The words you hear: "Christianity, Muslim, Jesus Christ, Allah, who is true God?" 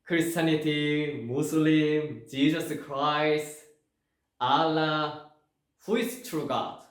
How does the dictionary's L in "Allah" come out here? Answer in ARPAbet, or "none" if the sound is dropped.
L